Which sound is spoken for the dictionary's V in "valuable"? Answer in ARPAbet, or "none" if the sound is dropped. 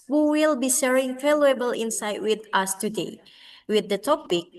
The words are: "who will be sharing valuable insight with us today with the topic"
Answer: F